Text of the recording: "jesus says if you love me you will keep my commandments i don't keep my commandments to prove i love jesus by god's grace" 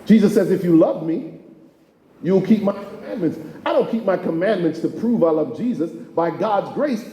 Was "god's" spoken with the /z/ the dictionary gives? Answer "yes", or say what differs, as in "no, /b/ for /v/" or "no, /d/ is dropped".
yes